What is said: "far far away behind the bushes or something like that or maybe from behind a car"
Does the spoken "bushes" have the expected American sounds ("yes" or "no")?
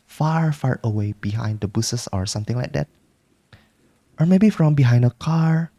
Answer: no